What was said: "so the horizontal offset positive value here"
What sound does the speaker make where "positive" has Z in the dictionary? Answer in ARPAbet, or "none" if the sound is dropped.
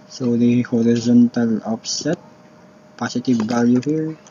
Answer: S